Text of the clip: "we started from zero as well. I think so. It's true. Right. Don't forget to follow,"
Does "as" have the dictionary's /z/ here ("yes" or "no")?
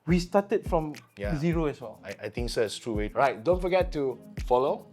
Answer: no